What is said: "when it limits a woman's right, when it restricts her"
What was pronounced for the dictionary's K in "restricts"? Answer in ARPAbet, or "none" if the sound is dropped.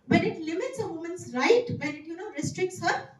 K